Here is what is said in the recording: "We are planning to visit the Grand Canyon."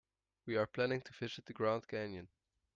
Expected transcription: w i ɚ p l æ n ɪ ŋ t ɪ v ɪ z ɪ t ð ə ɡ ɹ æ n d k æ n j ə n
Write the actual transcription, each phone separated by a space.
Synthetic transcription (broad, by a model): w i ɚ p l æ n ɪ ŋ t ɪ f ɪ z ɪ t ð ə ɡ ɹ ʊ n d k æ n j ə n